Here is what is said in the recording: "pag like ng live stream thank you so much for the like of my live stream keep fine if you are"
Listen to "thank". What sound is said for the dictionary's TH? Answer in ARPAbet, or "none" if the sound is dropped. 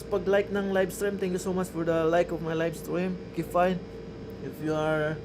T